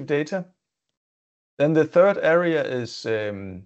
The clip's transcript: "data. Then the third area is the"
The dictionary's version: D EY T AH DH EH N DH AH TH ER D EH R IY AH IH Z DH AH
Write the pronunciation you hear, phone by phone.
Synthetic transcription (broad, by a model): D EY T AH DH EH N DH AH TH ER D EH R IY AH IH Z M